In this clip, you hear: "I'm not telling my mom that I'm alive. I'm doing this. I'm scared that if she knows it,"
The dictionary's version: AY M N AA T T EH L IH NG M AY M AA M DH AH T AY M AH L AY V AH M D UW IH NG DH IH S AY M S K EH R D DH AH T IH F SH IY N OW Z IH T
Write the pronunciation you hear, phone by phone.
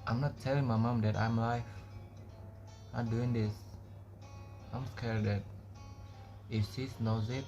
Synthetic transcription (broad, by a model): AY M N AA T T EH L IH NG M AY M AA M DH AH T AY M L AY F AH M D UW IH NG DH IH S AY M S K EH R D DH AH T IH F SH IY N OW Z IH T